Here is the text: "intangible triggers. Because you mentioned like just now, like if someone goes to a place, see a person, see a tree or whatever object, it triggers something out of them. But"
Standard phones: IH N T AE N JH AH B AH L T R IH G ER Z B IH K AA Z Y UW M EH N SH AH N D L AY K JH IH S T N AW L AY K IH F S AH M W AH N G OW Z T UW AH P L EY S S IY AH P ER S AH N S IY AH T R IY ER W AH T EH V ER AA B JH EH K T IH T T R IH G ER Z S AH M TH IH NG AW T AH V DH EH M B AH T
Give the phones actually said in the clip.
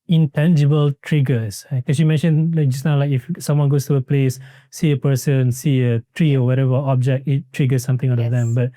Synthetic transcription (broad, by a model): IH N T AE N JH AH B AH L T R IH G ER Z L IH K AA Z Y UW M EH N SH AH N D L AY K JH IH S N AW L AY K IH F S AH M W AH N G OW S T UW AH P L EY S S IY AH P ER S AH N S IY AH T R IY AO W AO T EH V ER AA B JH EH K T IH T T R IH G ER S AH M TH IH NG AW T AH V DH EH M B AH T